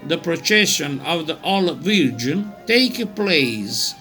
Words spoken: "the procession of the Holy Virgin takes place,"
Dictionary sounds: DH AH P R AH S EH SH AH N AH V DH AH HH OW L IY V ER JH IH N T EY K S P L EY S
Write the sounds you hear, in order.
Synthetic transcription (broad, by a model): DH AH P R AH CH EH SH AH N AH V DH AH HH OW L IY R JH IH N T EY K P L EY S